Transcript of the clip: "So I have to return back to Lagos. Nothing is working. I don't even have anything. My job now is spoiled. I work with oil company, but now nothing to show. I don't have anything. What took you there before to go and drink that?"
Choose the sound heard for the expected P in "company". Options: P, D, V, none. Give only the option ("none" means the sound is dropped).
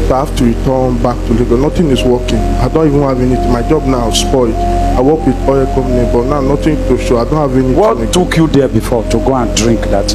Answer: none